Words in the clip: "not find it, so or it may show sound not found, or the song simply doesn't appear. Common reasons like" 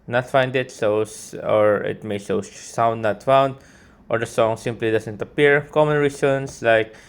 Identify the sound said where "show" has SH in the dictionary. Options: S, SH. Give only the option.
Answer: S